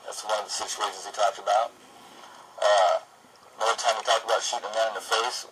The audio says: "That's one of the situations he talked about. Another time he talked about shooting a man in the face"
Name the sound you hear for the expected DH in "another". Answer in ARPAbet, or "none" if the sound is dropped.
none